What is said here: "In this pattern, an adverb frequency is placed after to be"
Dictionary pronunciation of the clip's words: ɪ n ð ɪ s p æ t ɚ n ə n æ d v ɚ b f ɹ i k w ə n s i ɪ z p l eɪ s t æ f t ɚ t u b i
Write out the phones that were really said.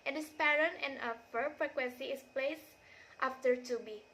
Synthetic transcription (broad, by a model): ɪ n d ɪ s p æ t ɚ n ə n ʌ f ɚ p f ɹ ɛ k w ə n s i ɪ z p l eɪ s t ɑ f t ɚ t u b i